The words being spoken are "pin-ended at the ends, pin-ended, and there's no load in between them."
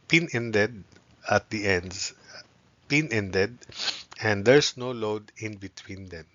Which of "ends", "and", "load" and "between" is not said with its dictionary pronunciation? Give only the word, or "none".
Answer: ends